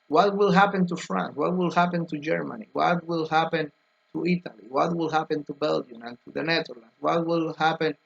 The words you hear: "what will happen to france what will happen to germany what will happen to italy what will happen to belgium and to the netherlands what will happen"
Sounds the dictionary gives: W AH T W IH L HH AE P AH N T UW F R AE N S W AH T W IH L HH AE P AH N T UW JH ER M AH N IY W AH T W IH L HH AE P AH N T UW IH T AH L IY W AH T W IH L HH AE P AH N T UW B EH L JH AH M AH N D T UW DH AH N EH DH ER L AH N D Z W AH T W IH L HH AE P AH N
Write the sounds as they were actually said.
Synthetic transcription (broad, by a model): W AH T W IH L HH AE P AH N T UW F R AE N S W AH T W IH L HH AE P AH N T UW JH ER M AH N IY W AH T W IH L HH AE P AH N T UW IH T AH L IY W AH T W IH L HH AE P AH N T UW B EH L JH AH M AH N T UW DH AH N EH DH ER L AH N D W AH T W IH L HH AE P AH N